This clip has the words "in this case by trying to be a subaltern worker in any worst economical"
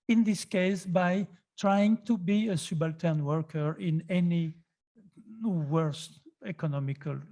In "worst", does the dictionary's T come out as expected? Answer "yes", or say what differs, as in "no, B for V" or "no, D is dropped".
yes